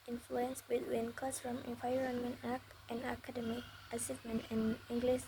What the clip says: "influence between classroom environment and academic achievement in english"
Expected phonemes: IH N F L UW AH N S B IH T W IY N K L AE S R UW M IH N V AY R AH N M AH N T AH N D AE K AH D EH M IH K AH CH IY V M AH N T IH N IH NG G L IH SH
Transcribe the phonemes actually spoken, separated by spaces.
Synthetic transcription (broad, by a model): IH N F L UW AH N S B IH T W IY N K AO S R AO M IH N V AY R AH N M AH N T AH N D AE K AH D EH M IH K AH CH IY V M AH N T IH N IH NG G L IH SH